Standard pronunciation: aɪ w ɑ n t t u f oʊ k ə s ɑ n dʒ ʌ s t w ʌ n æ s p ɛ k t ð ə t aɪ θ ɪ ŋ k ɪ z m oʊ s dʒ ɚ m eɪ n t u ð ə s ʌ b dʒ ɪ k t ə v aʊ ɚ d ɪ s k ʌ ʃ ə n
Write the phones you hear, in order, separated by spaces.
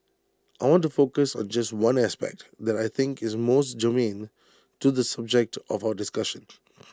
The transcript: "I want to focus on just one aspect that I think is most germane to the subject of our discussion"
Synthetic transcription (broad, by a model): aɪ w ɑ n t t u f oʊ k ə s ɑ n dʒ ʌ s t w ʌ n æ s p ɛ k t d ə t aɪ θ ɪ ŋ k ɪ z m oʊ s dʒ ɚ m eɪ n t u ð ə s ʌ b dʒ ɪ k t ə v aʊ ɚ d ɪ s k ʌ ʃ ə n